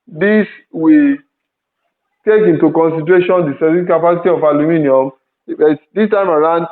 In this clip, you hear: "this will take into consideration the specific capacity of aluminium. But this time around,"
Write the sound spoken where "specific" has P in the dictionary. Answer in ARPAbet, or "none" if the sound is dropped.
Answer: none